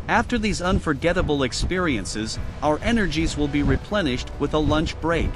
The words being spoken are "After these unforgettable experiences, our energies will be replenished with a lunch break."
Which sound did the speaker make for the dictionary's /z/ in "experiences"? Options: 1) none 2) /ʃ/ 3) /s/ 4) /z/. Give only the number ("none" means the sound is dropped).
4